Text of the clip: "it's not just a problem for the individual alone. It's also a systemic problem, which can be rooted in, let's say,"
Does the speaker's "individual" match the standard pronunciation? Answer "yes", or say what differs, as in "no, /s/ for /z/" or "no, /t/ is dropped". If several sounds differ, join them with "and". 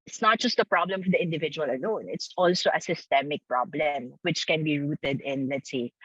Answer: yes